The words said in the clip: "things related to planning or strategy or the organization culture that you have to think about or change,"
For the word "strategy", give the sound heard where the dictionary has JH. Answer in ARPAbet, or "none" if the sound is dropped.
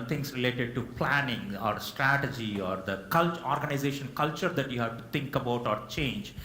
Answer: JH